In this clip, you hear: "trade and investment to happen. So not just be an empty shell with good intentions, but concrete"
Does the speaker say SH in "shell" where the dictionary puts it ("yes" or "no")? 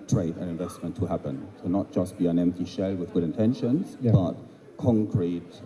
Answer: yes